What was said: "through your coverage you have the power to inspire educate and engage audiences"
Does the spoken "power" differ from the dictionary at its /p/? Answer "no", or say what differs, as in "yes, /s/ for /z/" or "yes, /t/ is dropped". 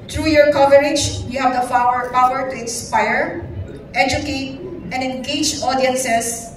yes, /f/ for /p/